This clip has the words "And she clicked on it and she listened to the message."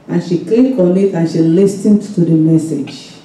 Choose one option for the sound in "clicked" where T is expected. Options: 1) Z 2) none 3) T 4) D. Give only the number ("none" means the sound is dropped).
2